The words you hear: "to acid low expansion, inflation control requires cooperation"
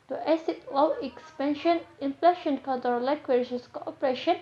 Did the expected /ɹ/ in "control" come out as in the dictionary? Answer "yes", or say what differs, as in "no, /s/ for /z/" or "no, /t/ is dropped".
no, /ɹ/ is dropped